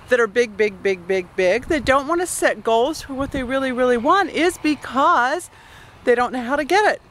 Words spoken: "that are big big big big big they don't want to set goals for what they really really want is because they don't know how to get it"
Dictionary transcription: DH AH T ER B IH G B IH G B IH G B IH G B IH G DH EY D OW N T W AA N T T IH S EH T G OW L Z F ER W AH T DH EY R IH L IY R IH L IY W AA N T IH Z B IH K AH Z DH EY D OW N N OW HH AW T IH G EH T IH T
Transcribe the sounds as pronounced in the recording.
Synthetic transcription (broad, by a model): DH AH T ER B IH G B IH G B IH G B IH G B IH G DH EY D OW N T W AA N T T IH S EH T G OW L Z F ER W AH T DH EY R IH L IY R IH L IY W AA N T IH Z B IH K AH Z DH EY D OW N N OW HH AW T IH G EH T IH T